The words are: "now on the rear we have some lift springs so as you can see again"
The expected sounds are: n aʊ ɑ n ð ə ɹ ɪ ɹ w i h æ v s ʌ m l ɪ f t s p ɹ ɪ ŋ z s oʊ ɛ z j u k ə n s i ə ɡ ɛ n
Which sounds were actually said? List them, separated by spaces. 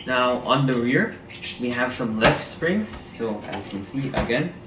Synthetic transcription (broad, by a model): n aʊ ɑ n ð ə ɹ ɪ ɹ w i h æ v s ʌ m l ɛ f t s p ɹ ɪ ŋ z s oʊ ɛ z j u k ə n s i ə ɡ ɛ n